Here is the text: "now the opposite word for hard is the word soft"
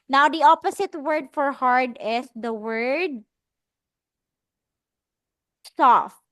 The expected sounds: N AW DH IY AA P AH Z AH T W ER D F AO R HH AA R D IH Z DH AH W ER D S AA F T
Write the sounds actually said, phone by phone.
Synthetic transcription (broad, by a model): N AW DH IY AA P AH S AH T W ER D F AO R HH AA R D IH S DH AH W ER D S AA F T